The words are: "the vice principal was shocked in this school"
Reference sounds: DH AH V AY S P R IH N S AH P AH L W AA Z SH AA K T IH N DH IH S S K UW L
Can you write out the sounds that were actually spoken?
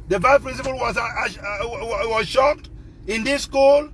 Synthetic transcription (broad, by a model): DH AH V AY P R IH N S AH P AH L W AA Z SH AA K T IH N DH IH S S K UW L